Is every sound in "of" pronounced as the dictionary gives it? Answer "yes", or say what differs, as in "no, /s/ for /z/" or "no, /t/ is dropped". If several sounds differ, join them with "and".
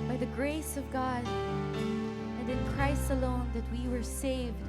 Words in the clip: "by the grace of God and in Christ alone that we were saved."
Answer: yes